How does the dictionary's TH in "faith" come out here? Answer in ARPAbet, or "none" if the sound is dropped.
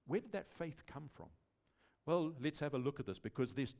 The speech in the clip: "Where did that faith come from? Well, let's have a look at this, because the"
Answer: TH